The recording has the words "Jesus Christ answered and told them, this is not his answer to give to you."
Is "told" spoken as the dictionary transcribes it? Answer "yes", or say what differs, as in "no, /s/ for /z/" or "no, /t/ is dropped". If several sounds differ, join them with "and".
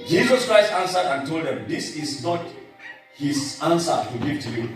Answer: yes